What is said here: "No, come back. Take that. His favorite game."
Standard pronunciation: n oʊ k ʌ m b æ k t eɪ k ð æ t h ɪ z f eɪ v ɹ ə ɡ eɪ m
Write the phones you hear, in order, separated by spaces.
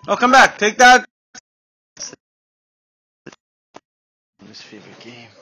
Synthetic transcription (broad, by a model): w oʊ k ʌ m b æ k t eɪ k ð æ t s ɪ s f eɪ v ə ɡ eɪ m